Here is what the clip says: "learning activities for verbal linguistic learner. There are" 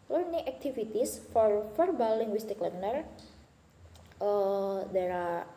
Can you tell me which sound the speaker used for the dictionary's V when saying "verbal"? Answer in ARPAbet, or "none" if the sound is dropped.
F